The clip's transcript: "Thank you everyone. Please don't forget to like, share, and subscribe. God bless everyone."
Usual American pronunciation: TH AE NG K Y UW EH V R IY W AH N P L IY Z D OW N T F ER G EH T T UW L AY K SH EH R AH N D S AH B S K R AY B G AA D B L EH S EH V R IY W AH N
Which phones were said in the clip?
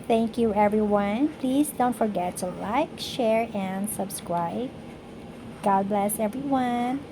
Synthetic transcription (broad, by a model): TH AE NG K Y UW EH V R IY W AH N P L IY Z D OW N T F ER G EH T T UW L AY K SH EH R AH N D S AH B S K R AY B G AA D B L EH S EH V R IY W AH N